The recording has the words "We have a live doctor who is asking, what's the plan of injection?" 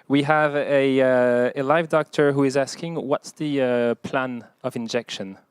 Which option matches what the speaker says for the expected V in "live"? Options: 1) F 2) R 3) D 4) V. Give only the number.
4